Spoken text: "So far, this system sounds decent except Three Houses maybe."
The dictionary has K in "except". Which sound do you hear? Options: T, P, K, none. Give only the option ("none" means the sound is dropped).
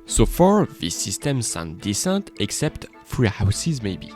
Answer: K